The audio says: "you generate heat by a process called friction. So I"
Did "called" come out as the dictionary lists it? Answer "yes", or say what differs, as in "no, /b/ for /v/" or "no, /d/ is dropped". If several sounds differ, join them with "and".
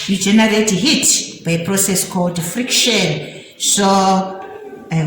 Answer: yes